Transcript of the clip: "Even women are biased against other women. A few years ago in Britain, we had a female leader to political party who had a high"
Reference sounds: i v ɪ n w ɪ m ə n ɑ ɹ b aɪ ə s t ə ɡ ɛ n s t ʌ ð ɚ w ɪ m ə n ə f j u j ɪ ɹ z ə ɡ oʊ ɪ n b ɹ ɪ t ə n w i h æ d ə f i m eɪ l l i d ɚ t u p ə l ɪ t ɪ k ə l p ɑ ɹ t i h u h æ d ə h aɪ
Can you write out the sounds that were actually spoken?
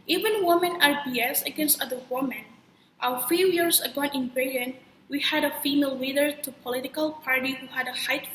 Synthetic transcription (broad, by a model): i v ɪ n w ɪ m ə n ɑ ɹ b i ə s ə ɡ ɛ n s t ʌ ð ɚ w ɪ m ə n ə f j u j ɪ ɹ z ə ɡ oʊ ɪ n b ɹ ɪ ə n w i h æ d ə f i m eɪ l l i d ɚ t u p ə l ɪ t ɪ k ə l p ɑ ɹ t i h u h æ d ə h aɪ